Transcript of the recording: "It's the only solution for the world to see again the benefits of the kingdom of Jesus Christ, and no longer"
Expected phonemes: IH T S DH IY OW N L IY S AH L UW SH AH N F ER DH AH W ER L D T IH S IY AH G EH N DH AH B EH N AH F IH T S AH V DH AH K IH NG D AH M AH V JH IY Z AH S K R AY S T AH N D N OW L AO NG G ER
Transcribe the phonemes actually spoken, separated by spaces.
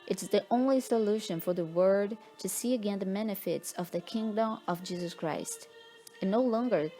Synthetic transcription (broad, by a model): IH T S DH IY OW N L IY S AH L UW SH AH N F ER DH AH W ER D T IH S IY AH G EH N DH AH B EH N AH F IH T S AH V DH AH K IH NG D AH M AH V JH IY Z AH S K R AY S T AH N N OW L AO NG G ER